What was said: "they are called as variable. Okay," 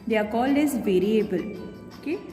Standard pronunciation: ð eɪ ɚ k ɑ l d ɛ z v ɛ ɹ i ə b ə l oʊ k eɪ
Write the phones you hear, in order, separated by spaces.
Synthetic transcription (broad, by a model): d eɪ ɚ k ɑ l ɪ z v ɛ ɹ i ə b ə l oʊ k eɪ